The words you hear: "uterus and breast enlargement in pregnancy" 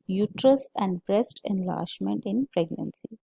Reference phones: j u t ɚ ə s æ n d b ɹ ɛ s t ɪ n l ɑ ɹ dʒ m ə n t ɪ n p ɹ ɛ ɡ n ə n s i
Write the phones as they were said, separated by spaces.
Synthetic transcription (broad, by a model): j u t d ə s æ n d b ɹ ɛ s t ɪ n l ɑ ɹ ʃ m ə n t ɪ n p ɹ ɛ ɡ n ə n s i